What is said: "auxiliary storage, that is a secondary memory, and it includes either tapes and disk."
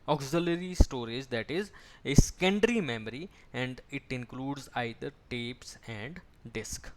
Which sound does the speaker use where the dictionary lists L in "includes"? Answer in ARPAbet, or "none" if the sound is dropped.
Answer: L